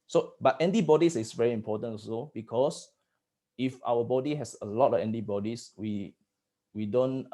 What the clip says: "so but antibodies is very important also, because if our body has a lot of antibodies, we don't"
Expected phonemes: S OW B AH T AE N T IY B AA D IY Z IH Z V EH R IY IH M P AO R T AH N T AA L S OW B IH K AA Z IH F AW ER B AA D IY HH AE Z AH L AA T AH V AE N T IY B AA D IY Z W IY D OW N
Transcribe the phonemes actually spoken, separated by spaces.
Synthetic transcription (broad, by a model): S OW B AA T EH N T IY B AA D IY S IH S V EH R IY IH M P AO T AH N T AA S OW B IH K AA S IH F AW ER B AA D IY HH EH S AH L AA T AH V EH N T IY B AA D IY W W IY D OW N